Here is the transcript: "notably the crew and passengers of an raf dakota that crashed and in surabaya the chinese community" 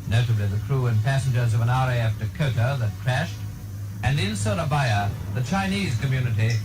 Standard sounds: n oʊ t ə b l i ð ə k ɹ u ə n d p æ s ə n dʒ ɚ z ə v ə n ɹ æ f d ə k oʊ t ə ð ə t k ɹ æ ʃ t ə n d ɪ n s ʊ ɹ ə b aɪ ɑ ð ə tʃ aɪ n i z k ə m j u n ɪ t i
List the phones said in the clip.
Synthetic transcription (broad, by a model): n oʊ t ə b l i ð ə k ɹ u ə n p æ s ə n dʒ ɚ z ə v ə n ɹ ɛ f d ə k oʊ t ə ð ə t k ɹ æ ʃ t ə n ɪ n s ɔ l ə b aɪ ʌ ð ə tʃ aɪ n i z k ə m j u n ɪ t i